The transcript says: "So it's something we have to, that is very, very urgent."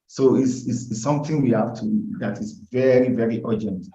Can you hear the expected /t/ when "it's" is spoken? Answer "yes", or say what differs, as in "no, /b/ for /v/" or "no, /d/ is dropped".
no, /s/ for /t/